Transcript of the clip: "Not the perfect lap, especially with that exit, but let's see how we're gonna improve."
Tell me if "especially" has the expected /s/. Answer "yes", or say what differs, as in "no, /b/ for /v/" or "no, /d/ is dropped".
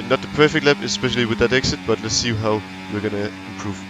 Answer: yes